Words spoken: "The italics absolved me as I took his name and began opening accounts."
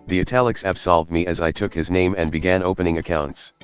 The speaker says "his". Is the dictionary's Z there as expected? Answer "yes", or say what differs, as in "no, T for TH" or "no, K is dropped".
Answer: yes